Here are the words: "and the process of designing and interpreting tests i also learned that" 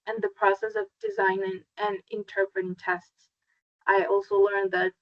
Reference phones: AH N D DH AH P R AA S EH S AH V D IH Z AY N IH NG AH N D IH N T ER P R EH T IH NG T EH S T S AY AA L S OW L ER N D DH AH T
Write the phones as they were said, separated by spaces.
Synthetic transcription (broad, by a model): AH N DH AH P R AA S EH S AH V D IH Z AY N IH NG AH N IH N T ER P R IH T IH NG T EH S T S AY AA L S OW L ER N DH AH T